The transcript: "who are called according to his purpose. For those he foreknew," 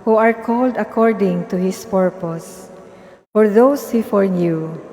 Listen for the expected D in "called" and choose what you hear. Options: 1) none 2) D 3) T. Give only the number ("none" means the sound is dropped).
2